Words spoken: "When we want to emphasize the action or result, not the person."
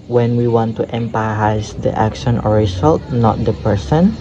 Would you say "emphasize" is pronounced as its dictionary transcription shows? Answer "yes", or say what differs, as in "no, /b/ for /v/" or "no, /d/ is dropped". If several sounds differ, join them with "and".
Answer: no, /p/ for /f/